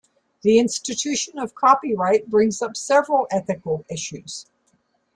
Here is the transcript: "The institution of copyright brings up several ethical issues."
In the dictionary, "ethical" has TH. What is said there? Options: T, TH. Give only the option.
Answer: TH